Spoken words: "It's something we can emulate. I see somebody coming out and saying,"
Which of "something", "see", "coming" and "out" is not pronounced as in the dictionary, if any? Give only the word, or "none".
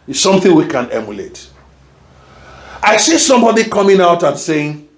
none